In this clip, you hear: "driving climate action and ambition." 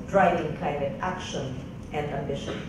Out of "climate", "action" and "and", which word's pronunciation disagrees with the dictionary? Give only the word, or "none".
climate